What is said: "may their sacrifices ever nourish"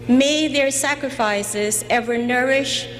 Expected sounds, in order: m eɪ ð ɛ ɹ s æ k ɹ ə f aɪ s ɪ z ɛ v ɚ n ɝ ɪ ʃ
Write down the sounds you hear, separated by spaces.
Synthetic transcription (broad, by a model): m eɪ ð ɛ ɹ s æ k ɹ ə f aɪ s ɪ z ɛ v ɚ n ɝ ɪ ʃ